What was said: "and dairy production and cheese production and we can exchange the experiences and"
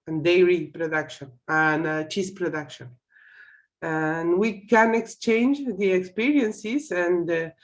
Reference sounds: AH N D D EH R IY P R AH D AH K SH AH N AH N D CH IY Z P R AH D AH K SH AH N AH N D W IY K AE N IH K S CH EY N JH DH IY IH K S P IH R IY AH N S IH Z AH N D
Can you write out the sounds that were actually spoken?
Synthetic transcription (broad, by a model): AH N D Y R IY P R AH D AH K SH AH N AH N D CH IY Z P R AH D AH K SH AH N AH N W IY K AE N IH K S CH EY N JH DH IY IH K S P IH R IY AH N S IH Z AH N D